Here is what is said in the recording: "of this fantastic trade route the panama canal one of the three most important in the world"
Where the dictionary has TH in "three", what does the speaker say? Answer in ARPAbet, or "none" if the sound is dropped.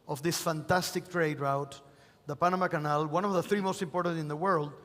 TH